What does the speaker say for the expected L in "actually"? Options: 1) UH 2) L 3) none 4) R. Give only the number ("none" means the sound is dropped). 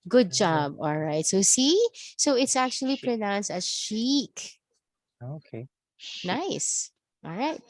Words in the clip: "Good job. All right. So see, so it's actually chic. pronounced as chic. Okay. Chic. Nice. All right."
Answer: 3